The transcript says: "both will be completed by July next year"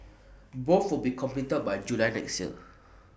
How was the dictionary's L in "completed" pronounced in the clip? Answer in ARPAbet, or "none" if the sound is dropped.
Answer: none